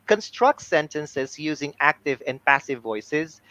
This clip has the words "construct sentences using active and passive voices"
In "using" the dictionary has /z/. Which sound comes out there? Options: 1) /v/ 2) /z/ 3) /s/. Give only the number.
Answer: 2